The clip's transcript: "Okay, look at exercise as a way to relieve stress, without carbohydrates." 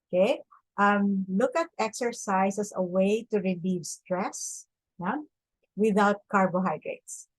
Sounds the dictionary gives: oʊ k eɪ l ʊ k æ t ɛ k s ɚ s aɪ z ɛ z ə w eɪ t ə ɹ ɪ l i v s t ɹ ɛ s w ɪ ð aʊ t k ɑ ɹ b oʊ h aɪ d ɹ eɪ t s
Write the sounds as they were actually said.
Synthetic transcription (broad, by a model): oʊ k eɪ l ʊ k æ t ɛ k s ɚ s aɪ s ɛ s ə w eɪ t ə ɹ ɪ l i v s t ɹ ɛ s w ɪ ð aʊ t k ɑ ɹ b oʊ h aɪ d ɹ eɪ t s